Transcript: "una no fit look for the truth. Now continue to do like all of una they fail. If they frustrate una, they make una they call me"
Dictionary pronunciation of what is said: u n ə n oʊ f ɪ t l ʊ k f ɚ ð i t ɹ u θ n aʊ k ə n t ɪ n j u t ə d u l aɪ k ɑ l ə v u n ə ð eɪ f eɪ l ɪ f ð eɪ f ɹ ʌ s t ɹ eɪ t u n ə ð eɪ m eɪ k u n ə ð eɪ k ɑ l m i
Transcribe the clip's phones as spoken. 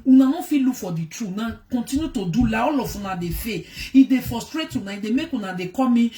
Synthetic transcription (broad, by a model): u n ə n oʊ f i l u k f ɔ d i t ɹ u n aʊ k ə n t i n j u t ə d u l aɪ ɑ l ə f u n ə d eɪ f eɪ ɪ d eɪ f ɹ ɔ s t ɹ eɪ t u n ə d eɪ m eɪ k u n ə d eɪ k ɑ m i